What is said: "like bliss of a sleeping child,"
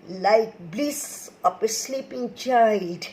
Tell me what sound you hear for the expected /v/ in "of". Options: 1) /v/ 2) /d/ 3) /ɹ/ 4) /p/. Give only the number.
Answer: 4